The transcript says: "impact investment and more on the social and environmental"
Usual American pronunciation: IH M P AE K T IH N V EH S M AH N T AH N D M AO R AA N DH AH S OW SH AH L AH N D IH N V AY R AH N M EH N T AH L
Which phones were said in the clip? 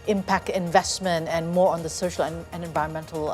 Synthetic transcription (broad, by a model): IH M P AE K T IH N V EH S M AH N T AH N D M AO R AA N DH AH S OW SH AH L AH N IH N V AY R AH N M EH N T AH L